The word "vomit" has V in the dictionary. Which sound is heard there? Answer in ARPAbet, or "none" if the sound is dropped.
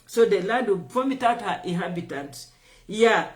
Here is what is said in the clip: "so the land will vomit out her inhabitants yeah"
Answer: P